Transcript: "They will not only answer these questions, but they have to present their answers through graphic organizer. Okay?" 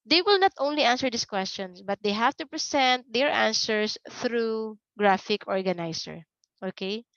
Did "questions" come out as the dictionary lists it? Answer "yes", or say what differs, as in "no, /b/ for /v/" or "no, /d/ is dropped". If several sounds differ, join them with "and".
no, /s/ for /z/